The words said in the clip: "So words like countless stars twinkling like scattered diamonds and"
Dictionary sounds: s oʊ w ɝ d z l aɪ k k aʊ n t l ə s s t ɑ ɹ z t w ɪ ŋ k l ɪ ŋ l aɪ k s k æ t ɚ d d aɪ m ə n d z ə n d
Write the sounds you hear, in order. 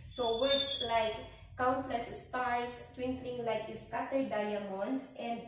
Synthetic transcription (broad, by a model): s oʊ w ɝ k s l aɪ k k aʊ n t l ə s s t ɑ ɹ s t w ɪ ŋ k l ɪ ŋ l aɪ k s k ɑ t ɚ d d aɪ m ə n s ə n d